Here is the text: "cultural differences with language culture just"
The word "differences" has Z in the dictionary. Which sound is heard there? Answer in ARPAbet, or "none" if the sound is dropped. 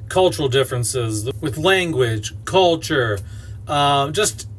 Z